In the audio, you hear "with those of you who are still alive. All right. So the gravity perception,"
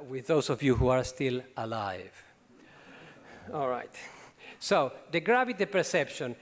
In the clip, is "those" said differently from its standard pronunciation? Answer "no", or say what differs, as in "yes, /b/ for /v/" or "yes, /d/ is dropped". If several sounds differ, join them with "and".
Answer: yes, /s/ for /z/